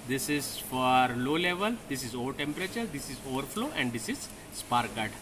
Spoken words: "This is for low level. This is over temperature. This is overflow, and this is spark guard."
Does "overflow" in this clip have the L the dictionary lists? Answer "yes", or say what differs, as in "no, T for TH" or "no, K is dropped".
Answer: yes